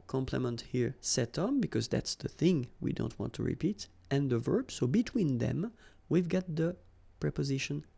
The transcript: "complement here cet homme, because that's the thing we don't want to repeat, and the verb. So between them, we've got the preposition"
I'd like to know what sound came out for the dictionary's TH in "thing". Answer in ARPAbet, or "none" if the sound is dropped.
TH